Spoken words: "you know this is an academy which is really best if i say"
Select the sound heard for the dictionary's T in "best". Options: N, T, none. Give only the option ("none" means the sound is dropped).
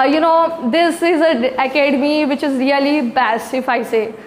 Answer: none